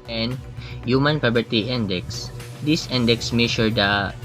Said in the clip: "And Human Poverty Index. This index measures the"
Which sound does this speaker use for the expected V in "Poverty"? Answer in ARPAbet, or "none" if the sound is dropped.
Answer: B